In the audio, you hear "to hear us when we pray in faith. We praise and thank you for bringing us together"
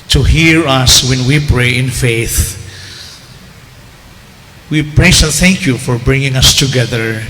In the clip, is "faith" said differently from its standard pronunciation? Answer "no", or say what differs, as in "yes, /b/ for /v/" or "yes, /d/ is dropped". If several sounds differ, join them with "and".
no